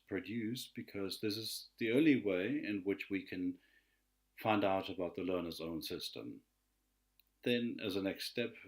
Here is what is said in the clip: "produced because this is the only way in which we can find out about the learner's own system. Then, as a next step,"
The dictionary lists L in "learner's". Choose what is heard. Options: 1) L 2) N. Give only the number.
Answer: 1